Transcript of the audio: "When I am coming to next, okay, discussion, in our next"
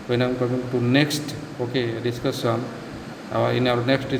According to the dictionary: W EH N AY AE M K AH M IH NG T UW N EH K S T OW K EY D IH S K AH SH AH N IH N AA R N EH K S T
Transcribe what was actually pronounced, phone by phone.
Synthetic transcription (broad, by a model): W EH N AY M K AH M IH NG T UW N EH K S T OW K EY D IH S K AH S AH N IH N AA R N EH K S T